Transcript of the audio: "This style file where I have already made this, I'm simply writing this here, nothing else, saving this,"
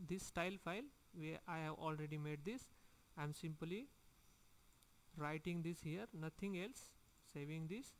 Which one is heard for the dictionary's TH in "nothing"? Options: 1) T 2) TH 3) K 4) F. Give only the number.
1